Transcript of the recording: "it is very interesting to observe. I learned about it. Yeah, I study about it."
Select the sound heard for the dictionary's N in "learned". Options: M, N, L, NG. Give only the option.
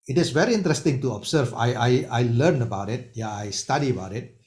L